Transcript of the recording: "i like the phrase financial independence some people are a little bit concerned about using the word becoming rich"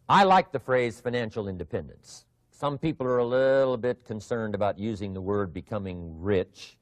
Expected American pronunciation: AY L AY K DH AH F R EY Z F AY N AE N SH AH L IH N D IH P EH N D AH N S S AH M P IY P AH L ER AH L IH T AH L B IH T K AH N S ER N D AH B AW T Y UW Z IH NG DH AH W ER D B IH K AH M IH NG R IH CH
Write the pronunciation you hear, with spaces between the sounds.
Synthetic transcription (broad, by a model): AY L AY K DH AH F R EY Z F AY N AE N SH L IH N D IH P EH N D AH N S S AH M P IY P L ER AH L IH T L B IH T K AH N S ER N D AH B AW T Y UW Z IH NG DH AH W ER D B IH K AH M IH NG R IH CH